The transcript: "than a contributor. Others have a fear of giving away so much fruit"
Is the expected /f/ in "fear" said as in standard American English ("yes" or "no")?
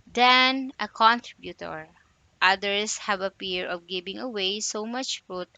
no